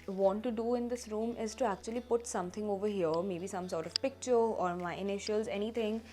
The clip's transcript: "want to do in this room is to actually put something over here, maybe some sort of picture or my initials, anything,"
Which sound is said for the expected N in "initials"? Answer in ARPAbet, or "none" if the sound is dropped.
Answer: N